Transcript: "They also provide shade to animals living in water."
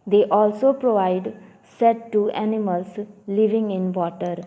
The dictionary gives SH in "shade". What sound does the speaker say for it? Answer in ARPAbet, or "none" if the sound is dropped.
S